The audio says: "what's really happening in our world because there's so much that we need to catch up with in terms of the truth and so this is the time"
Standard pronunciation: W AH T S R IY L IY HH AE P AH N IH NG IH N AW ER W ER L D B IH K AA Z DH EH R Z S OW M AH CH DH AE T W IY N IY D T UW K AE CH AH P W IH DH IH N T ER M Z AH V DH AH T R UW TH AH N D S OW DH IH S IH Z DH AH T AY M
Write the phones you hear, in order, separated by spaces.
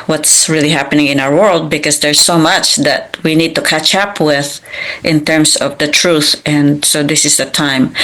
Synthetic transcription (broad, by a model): W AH T S R IY L IY HH AE P AH N IH NG IH N AW ER W ER L D B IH K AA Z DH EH R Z S OW M AH CH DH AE T W IY N IY D T UW K AE CH AH P W IH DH IH N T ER M S AH V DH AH T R UW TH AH N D S OW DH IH S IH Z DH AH T AY M